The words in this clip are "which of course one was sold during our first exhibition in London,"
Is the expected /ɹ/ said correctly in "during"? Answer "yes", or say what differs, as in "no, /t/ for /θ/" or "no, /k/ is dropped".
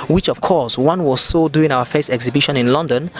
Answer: no, /ɹ/ is dropped